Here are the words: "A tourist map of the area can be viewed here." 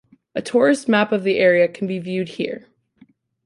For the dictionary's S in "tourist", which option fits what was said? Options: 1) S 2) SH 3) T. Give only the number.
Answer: 1